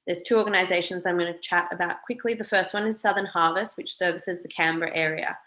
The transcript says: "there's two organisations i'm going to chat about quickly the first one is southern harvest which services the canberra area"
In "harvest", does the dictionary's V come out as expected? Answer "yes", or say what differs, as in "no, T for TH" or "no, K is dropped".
yes